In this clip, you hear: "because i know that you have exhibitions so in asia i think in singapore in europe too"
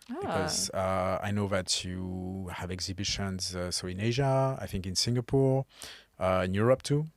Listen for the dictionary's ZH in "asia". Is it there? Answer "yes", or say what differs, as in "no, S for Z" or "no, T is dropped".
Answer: yes